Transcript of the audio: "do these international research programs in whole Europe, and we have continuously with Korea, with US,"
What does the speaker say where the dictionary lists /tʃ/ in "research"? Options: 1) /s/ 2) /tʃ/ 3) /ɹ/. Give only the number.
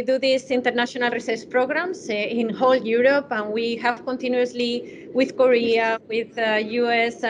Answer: 1